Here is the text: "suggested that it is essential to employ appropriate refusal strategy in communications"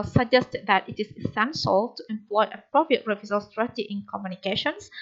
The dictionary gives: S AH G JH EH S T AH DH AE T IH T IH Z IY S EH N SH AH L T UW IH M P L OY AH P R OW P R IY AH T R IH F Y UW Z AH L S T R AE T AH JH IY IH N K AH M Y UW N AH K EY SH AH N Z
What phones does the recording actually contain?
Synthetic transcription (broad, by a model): S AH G JH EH S T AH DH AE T IH T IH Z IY S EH N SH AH L T UW IH M P L OY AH P R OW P R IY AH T R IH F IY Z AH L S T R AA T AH IY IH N K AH M Y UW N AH K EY SH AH N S